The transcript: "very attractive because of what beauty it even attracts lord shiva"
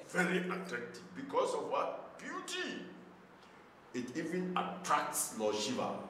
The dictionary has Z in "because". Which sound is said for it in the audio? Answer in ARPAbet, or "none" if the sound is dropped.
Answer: S